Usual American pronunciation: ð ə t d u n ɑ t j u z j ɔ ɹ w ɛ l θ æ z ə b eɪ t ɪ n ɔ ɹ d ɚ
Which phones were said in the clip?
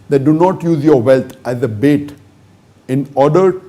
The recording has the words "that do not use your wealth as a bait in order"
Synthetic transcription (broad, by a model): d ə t d u n ɑ t j u z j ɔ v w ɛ l t æ z ə b eɪ t ɪ n ɔ ɹ d ɚ